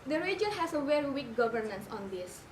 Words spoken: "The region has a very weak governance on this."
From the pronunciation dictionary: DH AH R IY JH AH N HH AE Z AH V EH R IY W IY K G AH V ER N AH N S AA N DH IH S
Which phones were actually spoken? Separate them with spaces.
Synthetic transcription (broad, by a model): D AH R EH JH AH L HH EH S AH W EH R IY W IY K G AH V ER N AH N S AA N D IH S